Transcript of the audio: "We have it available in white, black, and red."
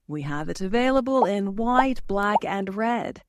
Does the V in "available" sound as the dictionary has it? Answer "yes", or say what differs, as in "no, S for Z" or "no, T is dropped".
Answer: yes